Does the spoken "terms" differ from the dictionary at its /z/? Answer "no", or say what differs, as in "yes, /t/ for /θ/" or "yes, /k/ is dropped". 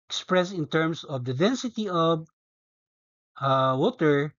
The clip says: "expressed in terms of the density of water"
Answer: yes, /s/ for /z/